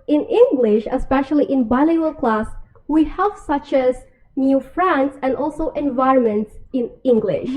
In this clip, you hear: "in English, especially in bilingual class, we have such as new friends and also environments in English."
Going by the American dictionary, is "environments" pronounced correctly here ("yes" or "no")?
yes